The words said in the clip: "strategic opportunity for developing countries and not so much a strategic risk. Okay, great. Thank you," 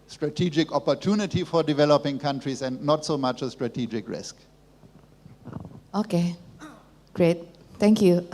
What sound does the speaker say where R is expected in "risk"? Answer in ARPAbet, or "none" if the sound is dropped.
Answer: R